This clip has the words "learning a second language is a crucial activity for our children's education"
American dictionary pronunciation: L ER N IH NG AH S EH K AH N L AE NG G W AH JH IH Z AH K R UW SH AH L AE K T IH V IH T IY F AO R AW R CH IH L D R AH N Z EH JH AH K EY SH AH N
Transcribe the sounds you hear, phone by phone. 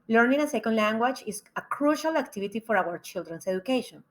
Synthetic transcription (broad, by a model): L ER N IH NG AH S EH K AH N L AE NG G W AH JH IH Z AH K R UW SH AH L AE K T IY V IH T IY F AO R AW R CH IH L D R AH N S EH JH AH K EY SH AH N